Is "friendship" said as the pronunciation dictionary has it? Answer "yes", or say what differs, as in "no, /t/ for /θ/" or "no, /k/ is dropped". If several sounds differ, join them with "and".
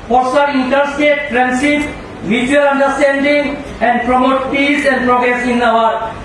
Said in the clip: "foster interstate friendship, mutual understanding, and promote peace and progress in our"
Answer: no, /s/ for /ʃ/